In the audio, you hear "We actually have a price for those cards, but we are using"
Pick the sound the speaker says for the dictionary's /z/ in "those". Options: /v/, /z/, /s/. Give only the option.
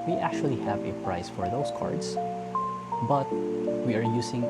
/s/